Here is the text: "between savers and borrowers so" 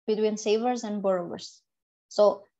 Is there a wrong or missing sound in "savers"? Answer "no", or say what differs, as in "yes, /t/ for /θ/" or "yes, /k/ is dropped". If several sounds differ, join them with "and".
no